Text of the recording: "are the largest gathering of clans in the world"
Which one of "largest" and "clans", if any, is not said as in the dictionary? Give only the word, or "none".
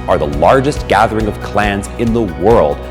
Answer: none